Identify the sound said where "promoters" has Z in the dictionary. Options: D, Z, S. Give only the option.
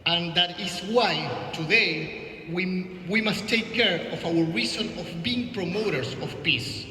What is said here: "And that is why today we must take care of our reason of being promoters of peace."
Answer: S